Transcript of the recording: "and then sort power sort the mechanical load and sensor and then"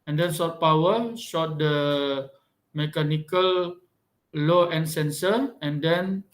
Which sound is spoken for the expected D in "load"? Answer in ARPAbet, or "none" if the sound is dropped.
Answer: none